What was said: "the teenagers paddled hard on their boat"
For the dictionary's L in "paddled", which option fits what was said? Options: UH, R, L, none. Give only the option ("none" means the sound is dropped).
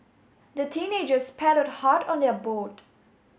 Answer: none